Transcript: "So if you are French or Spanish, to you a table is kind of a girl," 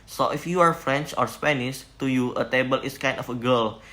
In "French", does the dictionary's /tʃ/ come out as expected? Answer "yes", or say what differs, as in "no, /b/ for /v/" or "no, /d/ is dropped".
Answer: yes